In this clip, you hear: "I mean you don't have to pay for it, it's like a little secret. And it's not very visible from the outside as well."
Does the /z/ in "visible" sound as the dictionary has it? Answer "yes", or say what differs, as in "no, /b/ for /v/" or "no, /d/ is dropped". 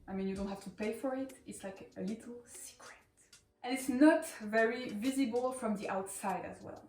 yes